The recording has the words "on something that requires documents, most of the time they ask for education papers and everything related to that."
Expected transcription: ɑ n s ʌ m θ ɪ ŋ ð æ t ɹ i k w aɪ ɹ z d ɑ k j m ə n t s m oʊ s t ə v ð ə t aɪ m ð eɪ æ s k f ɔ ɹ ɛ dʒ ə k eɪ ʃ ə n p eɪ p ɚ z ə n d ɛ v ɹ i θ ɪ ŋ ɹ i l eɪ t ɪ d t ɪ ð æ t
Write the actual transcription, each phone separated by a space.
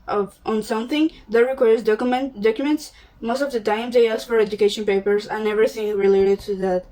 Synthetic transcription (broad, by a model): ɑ n s ʌ m θ ɪ ŋ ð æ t ɹ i k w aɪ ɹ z d ɑ k j m ə n t s m oʊ s t ə v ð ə t aɪ m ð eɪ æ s f ɔ ɹ ɛ dʒ ə k eɪ ʃ ə n p eɪ p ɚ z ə n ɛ v ɹ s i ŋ ɹ i l eɪ t ɪ d t ɪ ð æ t